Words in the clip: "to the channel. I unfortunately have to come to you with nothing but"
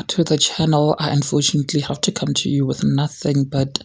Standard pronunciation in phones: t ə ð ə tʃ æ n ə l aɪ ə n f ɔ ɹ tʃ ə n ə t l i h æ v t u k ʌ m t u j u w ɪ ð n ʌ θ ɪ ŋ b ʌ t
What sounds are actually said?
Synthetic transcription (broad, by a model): t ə ð ə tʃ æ n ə l aɪ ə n f ɔ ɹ tʃ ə n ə t l i h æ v t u k ʌ m t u j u w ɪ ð n ʌ θ ɪ ŋ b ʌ t